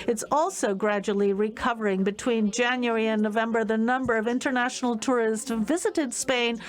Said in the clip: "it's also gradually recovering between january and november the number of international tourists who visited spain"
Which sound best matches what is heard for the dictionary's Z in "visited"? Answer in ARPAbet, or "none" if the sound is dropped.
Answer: Z